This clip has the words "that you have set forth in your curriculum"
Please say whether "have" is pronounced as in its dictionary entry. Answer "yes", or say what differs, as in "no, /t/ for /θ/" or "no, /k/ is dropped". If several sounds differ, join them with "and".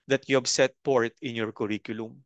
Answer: no, /b/ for /v/